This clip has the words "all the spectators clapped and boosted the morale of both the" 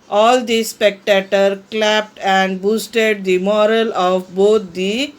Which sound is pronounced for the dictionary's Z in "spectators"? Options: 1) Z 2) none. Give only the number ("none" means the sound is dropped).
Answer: 2